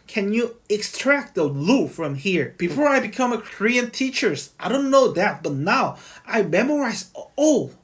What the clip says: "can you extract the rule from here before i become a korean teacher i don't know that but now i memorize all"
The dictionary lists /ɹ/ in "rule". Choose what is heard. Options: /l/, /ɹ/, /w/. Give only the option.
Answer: /l/